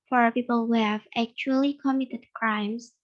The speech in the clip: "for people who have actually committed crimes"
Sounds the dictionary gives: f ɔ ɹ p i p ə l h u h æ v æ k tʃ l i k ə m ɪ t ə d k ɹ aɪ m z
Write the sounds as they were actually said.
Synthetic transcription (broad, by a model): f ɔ ɹ p i p ə l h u h æ v æ k tʃ l i k ə m ɪ t ə d k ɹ aɪ m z